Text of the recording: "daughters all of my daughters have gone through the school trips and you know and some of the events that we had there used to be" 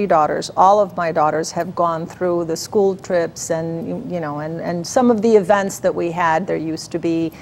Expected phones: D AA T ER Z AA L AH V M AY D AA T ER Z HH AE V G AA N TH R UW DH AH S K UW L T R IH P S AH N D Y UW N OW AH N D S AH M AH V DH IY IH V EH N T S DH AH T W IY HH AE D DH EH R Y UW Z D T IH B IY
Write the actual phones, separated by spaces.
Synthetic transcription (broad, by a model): D AA T ER Z AA L AH V M AY D AA T ER Z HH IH V G AA N TH R UW DH AH S K UW L T R IH P S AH N Y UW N OW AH N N S AH M AH V DH IY IH V EH N T S DH AH T W IY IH D DH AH R Y UW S T IH B IY